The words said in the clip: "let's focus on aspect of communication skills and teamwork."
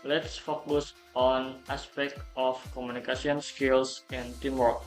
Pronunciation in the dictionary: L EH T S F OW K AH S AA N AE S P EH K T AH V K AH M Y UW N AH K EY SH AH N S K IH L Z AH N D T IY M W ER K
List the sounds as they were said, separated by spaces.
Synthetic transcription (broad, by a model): L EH T S F OW K AH S AA N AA S P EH K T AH F K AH M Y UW N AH K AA S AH N S K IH L S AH N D T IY M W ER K